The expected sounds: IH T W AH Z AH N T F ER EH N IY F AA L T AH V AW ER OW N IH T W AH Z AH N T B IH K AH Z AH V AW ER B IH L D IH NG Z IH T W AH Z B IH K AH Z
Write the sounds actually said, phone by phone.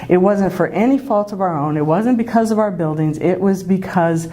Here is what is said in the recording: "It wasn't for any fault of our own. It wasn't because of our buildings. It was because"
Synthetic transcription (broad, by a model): IH T W AH Z AH N T F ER EH N IY F AA L T AH V AW ER OW N IH T W AH Z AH N B IH K AH Z AH V AW ER B IH L D IH NG Z IH T W AH Z B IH K AH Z